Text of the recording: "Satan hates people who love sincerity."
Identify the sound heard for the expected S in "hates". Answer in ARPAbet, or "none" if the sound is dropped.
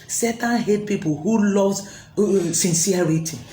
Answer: none